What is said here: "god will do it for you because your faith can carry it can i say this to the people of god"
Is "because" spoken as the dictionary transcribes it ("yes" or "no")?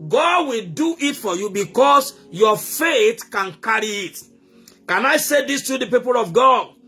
no